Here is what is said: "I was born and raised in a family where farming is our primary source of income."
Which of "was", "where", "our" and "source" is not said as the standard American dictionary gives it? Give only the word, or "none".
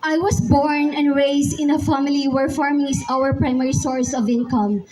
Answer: was